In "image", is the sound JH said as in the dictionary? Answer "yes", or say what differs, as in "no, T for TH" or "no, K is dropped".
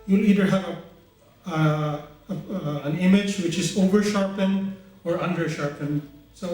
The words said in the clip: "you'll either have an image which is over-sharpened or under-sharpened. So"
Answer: yes